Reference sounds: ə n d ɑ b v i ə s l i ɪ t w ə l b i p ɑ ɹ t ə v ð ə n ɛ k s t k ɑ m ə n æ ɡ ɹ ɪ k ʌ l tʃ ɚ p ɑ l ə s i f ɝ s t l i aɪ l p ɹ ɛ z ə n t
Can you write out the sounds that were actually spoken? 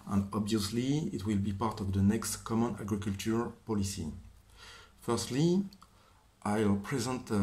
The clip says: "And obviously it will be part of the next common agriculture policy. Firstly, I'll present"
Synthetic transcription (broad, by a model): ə n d ɑ b v i ə s l i ɪ t w ə l b i p ɑ ɹ t ə v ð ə n ɛ k s t k ɑ m ə n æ ɡ ɹ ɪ k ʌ l tʃ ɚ p ɑ l ə s i f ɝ s t l i aɪ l p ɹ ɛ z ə n t